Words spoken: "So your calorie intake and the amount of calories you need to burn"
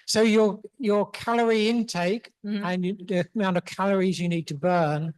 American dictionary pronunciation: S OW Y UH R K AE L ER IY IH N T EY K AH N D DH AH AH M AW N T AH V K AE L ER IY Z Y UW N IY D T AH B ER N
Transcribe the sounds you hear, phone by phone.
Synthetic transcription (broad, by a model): S OW Y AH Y K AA L ER IY IH N T EY K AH N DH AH AH M AW N T AH V K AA L ER IY Z Y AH N IY D T AH B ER N